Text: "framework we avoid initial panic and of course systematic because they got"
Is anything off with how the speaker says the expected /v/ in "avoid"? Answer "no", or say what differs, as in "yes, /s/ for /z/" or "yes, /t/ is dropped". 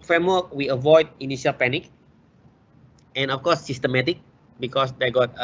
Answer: no